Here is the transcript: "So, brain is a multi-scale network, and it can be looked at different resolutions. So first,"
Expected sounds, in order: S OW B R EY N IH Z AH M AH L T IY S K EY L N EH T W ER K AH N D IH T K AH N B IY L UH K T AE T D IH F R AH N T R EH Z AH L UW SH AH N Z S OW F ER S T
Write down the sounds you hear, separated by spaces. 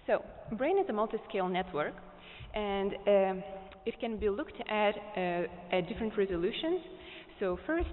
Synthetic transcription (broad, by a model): S OW B R EY N IH Z AH M AH L T IY S K EY L N EH T W ER K AH N D IH T K AH N B IY L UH K T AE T D IH F R AH N T R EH Z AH L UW SH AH N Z S OW F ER S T